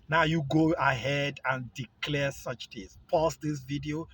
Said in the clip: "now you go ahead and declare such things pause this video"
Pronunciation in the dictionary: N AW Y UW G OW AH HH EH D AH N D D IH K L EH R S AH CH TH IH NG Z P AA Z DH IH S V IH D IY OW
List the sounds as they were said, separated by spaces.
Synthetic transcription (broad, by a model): N AW Y UW G OW AH HH EH D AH N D D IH K L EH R S AH CH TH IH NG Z P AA S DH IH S V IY D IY OW